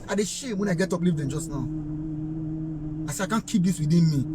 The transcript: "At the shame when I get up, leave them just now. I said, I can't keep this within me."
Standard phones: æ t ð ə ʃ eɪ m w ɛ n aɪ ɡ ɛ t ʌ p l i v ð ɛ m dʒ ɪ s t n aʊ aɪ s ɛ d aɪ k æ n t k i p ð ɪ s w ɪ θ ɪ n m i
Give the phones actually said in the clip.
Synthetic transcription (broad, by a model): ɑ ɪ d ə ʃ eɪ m w ɛ n aɪ ɡ ɛ t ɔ p l i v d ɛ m dʒ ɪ s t n aʊ aɪ s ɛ aɪ k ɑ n k i p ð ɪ s w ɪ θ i n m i